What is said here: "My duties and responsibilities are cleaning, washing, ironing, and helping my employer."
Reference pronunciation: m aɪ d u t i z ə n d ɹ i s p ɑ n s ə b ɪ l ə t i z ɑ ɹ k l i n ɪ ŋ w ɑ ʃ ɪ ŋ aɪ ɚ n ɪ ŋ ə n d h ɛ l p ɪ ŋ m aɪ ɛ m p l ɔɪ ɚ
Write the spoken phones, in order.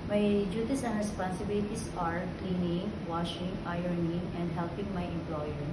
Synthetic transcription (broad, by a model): m aɪ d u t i s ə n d ɹ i s p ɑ n s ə b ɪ l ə t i s ɑ ɹ k l i n ɪ ŋ w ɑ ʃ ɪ ŋ aɪ ɚ n ɪ ŋ ə n d h ɛ l p ɪ ŋ m aɪ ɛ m p l ɔɪ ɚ